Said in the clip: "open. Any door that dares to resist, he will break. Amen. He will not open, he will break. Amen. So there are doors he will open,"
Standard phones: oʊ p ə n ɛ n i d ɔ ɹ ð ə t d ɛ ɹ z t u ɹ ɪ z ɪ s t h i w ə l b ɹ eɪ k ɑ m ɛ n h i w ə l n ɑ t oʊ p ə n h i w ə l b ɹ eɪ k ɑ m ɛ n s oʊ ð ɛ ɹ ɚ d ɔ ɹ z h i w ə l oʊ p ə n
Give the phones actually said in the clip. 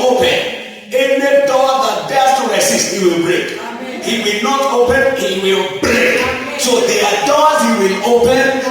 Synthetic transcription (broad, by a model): oʊ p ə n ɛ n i d ɔ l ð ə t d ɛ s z t u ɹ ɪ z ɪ s t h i w ə l b ɹ eɪ k h i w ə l n ɑ t oʊ p ə n h i w ə l b ɹ eɪ k s oʊ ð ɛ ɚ d ɔ l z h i w ə l oʊ p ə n